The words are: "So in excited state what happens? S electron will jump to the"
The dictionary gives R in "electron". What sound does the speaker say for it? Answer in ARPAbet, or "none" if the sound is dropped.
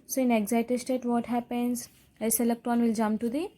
none